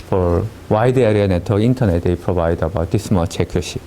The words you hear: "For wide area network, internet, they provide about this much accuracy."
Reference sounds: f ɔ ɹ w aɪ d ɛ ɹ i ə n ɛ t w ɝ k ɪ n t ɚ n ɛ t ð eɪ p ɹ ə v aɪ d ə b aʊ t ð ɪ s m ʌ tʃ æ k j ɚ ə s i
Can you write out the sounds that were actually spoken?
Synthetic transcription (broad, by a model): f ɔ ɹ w aɪ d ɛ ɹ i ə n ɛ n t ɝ ɪ n t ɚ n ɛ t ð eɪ p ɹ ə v aɪ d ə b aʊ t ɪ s m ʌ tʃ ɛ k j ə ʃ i